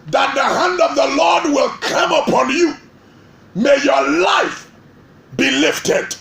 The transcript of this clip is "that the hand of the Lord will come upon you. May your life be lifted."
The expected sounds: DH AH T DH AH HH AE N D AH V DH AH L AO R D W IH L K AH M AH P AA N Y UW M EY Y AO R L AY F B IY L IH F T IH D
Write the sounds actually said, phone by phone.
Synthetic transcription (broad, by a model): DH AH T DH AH HH AE N D AH V DH AH L AO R D W IH L K AH M AH P AA N Y UW M EY Y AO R L AY F B IY L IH F T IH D